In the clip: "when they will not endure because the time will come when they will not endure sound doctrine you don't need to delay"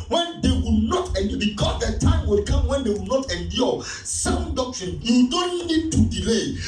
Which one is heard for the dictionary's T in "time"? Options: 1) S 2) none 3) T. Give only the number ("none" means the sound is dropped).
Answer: 3